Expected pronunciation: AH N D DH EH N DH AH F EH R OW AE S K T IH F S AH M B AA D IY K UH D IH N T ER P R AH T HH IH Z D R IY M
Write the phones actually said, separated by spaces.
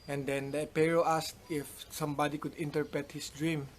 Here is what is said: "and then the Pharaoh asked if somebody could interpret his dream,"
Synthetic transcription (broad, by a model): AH N D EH N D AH P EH R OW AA S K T IH F S AH M B AA D IY K UH D IH N T ER P R AH T HH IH S D R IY M